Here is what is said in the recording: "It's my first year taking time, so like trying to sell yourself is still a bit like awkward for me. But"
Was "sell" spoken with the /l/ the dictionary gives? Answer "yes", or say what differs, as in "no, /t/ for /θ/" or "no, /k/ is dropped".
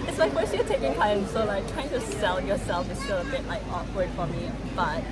no, /n/ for /l/